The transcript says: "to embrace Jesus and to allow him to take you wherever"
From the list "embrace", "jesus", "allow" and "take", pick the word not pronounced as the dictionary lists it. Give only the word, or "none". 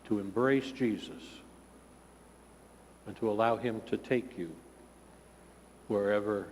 none